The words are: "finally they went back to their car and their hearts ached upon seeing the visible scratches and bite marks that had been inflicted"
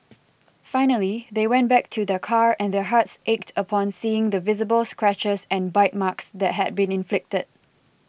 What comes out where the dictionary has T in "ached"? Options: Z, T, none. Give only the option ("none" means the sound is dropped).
T